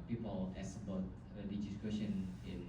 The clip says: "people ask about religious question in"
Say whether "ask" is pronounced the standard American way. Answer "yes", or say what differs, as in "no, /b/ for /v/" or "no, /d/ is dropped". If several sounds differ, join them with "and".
no, /k/ is dropped